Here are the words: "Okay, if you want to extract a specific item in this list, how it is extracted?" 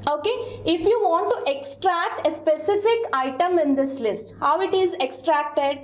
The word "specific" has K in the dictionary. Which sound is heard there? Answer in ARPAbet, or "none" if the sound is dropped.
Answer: K